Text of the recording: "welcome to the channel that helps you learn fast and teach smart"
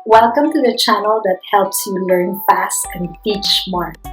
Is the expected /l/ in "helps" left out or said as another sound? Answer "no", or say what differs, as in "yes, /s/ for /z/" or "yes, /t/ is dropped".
no